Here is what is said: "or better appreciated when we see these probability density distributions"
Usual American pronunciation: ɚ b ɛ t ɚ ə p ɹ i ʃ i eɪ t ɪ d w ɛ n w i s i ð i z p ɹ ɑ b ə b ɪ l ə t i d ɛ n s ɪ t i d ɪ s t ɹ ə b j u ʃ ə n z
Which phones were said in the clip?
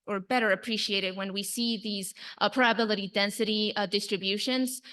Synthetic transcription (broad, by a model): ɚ b ɛ t ɚ ə p ɹ i ʃ i eɪ t ɪ d w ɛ n w i s i ð i z p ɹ ɑ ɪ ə b ɪ l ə t i d ɛ n s ɪ t i d ɪ s t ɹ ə b j u ʃ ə n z